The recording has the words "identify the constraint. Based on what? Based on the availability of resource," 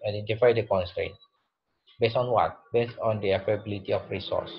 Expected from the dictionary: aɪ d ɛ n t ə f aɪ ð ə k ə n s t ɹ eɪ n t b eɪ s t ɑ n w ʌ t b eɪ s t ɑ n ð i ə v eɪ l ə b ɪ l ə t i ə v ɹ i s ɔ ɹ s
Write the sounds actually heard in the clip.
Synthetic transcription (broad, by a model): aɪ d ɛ n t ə f aɪ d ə k ə n s t ɹ eɪ n t b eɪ s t ɑ n w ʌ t b eɪ s t ɑ n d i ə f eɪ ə b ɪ l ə t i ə f ɹ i s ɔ s